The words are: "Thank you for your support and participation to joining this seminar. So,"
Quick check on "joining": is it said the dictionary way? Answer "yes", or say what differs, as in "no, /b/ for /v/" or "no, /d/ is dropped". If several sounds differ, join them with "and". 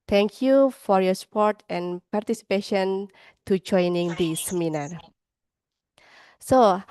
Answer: yes